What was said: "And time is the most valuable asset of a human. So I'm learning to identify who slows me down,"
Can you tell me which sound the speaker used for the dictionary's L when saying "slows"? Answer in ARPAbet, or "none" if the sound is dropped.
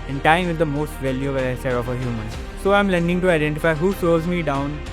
none